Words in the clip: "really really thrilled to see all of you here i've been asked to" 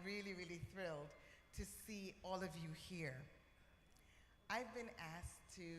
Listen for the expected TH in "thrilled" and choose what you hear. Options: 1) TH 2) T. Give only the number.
1